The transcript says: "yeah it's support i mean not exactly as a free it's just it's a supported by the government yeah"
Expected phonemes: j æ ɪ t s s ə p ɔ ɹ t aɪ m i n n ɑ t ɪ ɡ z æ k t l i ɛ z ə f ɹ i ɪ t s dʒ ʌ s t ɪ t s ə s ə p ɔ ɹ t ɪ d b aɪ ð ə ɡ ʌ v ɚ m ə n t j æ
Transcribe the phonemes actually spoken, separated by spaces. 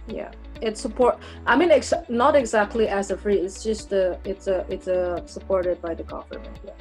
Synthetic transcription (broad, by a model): j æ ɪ t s s ə p ɔ ɹ t aɪ m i n n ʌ t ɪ ɡ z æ k t l i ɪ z ə f ɹ i ɪ t s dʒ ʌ s t ɪ t s ə s ə p ɔ ɹ t ɪ d b aɪ ð ə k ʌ f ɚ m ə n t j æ